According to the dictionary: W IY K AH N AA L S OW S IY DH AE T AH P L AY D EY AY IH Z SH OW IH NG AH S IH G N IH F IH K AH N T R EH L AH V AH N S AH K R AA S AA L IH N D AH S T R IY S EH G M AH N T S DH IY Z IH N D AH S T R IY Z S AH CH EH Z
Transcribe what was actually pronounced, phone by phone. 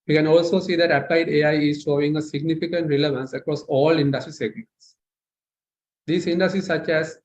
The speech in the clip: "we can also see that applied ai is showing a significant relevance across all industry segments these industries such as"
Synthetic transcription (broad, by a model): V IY K AH N AA L S OW S IY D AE T AH P L AY D EY AY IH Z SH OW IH NG AH S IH G N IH F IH K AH N T R EH L AH V AH N S AH K R AA S AA L IH N D AH S T R IY S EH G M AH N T S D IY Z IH N D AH S T R IY S AH CH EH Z